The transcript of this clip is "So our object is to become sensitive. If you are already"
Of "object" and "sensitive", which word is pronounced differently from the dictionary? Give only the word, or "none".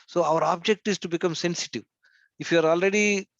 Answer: none